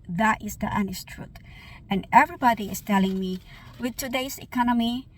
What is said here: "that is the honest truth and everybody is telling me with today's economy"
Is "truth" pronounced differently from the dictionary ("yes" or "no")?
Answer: yes